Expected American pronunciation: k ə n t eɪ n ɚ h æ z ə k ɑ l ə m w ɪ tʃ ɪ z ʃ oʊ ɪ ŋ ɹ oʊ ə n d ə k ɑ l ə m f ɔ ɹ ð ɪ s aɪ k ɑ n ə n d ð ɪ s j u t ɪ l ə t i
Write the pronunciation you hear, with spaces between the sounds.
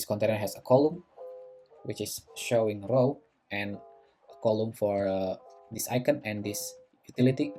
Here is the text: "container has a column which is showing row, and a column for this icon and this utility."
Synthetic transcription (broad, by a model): k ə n t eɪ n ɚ h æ s ə k ɑ l ə m w ɪ tʃ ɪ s ʃ oʊ ɪ ŋ ɹ oʊ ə n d ə k ɑ l ə m f ɔ ɹ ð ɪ s aɪ k ɑ n ə n d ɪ s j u t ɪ l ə t i